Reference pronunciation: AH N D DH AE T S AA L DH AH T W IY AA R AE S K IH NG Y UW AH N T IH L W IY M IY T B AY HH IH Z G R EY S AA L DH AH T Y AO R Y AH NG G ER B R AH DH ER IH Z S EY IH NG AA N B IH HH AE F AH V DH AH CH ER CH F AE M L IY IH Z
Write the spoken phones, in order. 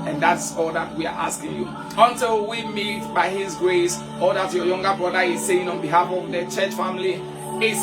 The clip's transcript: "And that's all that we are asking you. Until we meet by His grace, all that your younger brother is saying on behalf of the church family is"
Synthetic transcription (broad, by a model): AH N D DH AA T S AA L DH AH T W IY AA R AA S K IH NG Y UW AH N T IH L W IY M IY T B AY HH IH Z G R EY S AA L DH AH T Y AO Y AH NG G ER B R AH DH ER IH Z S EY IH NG AA N B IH HH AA F AH V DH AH CH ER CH F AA M L IY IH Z